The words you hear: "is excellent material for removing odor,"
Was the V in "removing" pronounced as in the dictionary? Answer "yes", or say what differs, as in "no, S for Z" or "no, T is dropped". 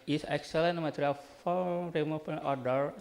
no, P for V